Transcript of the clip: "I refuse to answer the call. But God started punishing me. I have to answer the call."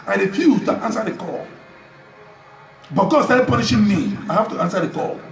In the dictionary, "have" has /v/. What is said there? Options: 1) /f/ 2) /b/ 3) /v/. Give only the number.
1